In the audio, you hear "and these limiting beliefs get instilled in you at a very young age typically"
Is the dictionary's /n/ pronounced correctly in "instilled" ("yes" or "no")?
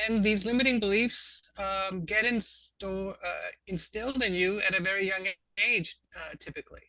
yes